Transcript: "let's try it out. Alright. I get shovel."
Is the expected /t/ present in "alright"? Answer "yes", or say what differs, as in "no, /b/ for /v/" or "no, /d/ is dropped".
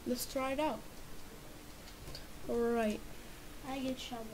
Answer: yes